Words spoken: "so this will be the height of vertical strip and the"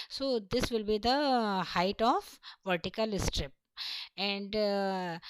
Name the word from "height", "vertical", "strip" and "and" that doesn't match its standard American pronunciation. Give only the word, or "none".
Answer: none